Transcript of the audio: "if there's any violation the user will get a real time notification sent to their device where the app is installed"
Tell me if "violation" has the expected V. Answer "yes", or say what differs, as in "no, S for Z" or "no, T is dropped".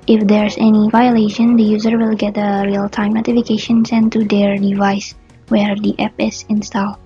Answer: yes